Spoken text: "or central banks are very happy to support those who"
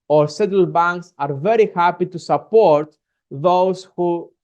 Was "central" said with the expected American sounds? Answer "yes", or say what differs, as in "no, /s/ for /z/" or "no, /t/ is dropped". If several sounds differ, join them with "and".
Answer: no, /n/ is dropped and /ɹ/ is dropped